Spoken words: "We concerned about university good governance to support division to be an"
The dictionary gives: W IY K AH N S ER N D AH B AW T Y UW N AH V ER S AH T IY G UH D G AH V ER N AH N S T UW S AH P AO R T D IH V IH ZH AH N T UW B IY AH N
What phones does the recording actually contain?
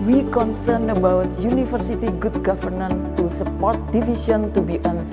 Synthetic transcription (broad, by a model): W IY K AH N S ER N AH B AW T Y UW N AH F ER S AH T IY G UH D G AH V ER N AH N T UW S AH P AO R T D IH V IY S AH N T UW B IY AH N